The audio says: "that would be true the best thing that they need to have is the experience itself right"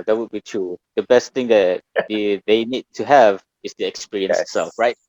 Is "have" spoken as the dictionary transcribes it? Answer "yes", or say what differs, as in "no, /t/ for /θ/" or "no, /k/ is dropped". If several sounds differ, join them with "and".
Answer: yes